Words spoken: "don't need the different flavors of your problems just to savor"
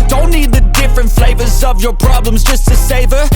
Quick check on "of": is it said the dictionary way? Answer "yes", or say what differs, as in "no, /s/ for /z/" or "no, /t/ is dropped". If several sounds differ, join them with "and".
yes